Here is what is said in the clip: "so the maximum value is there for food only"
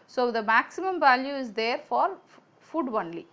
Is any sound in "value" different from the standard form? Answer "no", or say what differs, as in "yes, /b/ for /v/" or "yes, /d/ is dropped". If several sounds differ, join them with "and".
no